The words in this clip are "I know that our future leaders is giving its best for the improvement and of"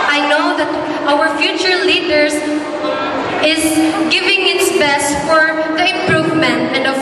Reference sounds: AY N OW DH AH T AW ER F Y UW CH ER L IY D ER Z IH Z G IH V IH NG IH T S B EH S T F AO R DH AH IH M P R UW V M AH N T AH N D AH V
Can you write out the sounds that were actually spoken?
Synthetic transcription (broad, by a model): AY N OW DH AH T AW ER F Y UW CH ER L IY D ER S IH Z G IH V IH NG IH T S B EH S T F AO R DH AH IH M P R UW V M AH N T AH N D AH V